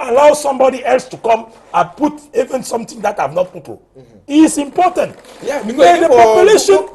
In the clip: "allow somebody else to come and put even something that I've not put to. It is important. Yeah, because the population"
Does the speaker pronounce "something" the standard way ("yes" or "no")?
no